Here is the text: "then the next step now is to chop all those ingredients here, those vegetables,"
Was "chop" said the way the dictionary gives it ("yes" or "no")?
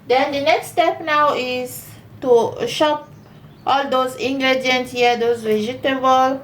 no